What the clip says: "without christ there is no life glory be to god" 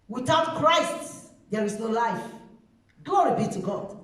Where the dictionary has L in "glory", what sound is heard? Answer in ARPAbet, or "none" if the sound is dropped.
none